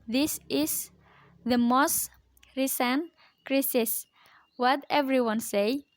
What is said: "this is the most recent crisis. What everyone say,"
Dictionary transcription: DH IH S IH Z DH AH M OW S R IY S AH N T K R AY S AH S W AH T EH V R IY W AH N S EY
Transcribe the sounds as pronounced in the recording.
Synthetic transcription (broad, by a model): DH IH S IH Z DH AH M OW S R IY S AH N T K R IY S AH S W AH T EH V R IY W AH N S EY